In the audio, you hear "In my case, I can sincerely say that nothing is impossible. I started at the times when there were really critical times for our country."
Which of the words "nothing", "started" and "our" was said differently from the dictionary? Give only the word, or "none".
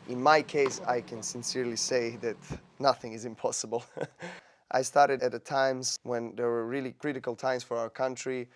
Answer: none